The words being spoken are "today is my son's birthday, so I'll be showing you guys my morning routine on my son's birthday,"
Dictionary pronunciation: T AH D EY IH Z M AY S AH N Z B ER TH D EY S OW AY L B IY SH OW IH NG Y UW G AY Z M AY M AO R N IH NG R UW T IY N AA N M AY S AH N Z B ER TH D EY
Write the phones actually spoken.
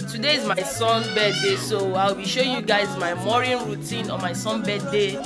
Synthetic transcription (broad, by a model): T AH D EY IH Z M AY S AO N B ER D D EY S OW AY W B IY SH OW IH Y UW G AY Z M AY M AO R IH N R UW T IY N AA M AY S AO N B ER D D EY